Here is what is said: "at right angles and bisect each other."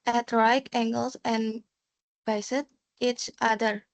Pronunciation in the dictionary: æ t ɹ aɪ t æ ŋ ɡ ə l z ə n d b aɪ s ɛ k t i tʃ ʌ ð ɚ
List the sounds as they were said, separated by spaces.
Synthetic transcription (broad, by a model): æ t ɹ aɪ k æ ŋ ɡ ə l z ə n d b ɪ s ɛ t i tʃ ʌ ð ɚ